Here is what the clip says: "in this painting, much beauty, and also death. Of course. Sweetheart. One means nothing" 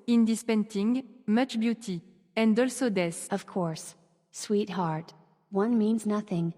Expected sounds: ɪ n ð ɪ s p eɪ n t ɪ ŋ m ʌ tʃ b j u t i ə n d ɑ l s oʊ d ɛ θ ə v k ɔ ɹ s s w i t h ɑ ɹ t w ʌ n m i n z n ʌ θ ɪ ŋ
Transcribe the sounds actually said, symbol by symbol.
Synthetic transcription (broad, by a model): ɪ n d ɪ s p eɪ n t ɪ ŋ m ʌ tʃ b j u t i ə n d ɑ l s oʊ d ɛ s ə v k ɔ ɹ s s w i t h ɑ ɹ t w ʌ n m i n z n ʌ θ ɪ ŋ